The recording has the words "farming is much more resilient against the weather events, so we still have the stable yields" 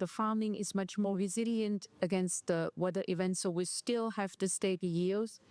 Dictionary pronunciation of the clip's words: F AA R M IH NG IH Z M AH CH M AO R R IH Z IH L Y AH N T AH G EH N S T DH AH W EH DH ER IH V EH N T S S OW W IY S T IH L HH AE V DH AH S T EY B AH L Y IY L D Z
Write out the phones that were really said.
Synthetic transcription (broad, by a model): F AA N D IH NG IH Z M AH CH M AO R R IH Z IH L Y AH N T AH G EH N S T DH AH W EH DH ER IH V EH N T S S OW W IY S T IH L HH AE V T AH S T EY AH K Y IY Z